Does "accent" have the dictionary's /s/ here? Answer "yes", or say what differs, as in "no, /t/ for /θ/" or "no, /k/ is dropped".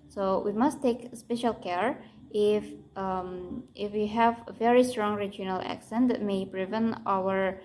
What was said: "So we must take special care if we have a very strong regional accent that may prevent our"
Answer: yes